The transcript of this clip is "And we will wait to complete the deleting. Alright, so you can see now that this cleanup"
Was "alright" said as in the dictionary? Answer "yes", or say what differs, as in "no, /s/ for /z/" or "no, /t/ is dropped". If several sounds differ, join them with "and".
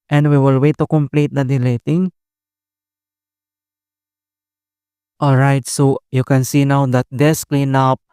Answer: yes